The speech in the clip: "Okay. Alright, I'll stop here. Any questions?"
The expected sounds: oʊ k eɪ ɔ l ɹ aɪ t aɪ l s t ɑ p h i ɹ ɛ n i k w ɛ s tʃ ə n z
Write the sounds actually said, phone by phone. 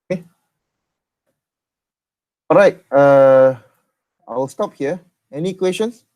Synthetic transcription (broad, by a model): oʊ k eɪ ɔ ɹ aɪ t aɪ l s t ɑ p h i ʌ ɛ n i k w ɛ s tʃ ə n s